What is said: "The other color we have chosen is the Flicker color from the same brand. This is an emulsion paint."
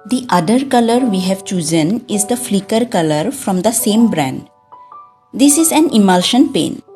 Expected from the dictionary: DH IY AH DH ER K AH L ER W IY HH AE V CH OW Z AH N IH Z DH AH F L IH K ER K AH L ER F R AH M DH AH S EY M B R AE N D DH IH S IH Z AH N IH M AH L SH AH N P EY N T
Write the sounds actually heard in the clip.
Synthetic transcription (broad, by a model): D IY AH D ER K AH L ER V IY HH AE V CH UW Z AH N IH Z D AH F L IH K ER K AH L ER F R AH M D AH S EY M B R AE N D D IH S IH Z AH N IH M AH L SH AH N P EY N